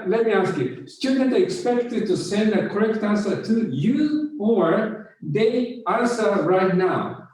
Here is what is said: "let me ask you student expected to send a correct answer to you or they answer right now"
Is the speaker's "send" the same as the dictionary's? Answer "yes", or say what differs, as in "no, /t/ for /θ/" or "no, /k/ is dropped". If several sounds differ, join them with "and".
yes